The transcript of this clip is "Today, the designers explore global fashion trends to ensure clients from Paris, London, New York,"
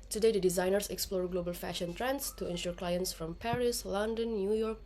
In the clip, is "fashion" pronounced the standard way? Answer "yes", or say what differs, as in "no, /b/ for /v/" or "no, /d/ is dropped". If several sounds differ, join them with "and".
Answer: yes